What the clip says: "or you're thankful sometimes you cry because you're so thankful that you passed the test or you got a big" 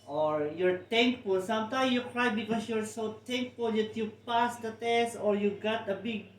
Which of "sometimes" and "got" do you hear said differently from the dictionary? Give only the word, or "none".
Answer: sometimes